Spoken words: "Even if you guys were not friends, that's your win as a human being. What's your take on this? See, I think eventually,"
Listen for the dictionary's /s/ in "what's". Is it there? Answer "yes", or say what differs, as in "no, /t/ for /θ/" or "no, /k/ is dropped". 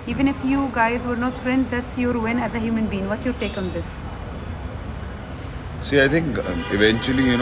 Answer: no, /s/ is dropped